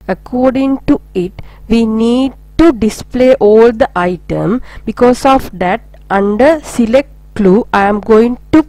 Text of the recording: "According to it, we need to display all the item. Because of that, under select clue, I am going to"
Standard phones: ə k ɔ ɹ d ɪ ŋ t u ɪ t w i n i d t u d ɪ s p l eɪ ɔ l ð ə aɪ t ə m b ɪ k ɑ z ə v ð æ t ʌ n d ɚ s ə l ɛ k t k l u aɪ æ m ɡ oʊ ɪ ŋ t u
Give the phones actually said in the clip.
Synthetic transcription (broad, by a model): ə k ɔ ɹ d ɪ ŋ t u ɪ t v i n i d t u d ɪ s p l eɪ ɔ l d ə aɪ t ə m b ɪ k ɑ s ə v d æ t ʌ n d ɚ s ə l ɛ k t k l u aɪ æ m ɡ oʊ ɪ ŋ t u